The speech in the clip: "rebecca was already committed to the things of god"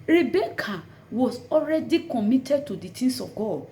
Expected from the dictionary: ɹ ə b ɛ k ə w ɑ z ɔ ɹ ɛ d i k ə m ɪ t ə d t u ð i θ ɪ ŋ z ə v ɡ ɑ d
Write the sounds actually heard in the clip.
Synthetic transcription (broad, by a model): ɹ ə b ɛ k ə w ɑ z ɔ ɹ ɛ d i k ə m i t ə d t u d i t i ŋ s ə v ɡ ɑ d